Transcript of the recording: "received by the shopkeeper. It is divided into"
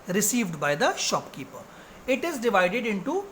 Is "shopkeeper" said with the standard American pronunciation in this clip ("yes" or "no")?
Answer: yes